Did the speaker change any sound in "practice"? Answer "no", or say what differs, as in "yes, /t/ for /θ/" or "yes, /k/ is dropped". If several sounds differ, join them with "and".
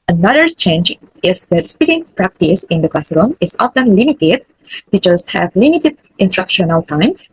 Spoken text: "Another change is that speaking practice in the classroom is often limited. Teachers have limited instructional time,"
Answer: no